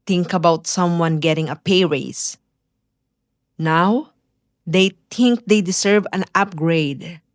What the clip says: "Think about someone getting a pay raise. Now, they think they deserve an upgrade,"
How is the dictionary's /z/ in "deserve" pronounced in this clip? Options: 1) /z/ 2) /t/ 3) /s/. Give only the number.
3